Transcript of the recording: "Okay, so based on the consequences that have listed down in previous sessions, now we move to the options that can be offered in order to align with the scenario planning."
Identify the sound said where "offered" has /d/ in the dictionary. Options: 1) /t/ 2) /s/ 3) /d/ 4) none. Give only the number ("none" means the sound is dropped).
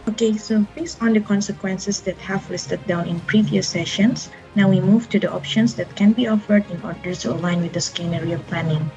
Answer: 3